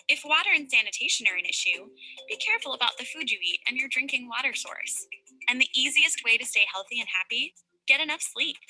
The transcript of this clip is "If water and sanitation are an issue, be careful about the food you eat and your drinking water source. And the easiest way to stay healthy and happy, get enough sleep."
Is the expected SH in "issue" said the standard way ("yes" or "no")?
yes